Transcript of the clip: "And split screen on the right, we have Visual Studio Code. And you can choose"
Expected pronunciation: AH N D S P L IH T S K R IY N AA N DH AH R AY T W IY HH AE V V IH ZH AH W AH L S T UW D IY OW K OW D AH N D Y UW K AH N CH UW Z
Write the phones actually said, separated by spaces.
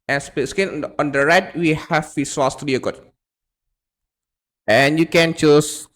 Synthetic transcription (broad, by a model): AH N S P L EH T S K IY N AA N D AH R AY T W IY HH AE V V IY S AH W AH L S T UW D IY OW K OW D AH N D Y UW K AH N CH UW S